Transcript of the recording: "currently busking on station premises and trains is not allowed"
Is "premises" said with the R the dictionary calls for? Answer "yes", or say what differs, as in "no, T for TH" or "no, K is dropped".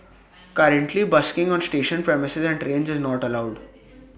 yes